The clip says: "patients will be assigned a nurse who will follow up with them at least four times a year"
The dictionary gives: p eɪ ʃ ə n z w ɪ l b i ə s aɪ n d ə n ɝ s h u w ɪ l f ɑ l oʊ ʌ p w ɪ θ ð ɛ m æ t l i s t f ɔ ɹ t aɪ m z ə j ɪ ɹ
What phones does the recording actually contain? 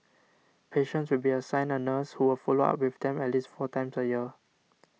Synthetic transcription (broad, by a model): p eɪ ʃ ə n s w ɪ l b i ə s aɪ n ə n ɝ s h u w ɪ l f ɑ l oʊ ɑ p w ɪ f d ɛ m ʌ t l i s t f ɔ t aɪ m s ə j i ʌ